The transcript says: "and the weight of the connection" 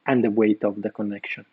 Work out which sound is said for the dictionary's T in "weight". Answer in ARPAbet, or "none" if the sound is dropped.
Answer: T